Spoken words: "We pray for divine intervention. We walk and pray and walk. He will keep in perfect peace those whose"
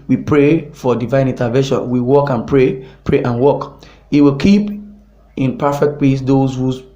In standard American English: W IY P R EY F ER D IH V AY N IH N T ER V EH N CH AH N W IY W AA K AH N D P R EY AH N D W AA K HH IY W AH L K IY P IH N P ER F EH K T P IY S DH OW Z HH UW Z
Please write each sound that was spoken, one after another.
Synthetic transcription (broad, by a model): W IY P R EY F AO D IH V AY N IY N T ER V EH N SH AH N W IY W AA K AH N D P R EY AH N W AA K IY W AH L K IY P IH N P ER F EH K T P IY S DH OW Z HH UW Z